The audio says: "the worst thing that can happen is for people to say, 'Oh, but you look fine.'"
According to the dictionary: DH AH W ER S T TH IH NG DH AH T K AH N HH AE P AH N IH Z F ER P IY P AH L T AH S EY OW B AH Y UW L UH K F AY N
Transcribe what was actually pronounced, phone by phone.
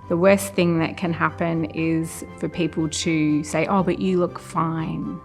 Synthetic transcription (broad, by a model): DH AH W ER S TH IH NG DH AH T K AH N HH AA P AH N IH Z F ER P IY P AH L T AH S EY OW B AH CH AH L UH K F AY N